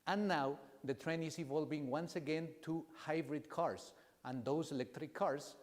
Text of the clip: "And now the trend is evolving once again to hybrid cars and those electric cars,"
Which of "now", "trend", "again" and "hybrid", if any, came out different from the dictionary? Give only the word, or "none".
trend